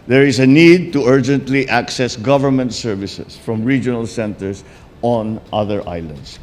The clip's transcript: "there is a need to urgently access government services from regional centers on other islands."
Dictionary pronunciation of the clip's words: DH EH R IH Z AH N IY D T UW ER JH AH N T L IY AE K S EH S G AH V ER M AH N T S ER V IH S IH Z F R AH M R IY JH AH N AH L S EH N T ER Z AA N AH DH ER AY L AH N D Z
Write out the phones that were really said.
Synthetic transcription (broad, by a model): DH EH R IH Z AH N IY D T UW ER JH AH N T L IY AE K S EH S G AH V ER M AH N T S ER V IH S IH S F R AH M R IY JH AH N AH L S EH N T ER S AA N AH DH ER AY L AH N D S